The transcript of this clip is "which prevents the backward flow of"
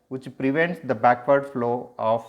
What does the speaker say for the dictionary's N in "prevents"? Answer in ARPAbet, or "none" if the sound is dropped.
N